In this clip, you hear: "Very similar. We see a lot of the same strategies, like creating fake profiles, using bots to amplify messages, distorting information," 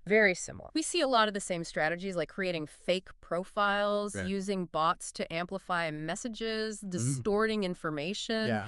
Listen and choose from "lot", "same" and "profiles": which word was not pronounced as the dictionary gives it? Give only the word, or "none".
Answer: none